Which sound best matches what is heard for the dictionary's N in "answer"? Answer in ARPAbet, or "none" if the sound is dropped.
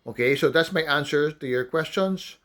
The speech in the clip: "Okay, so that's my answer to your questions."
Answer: N